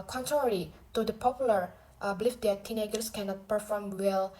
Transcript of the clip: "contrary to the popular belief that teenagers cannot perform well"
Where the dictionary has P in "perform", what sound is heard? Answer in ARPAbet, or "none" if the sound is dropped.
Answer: P